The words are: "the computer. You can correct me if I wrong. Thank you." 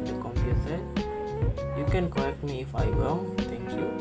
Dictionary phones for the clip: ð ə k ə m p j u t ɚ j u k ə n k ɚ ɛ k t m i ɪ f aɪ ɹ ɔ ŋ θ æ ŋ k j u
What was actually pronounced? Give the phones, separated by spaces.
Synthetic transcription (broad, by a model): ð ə k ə m p j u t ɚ j u k ə n k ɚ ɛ k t m i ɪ f aɪ w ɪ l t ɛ ŋ k j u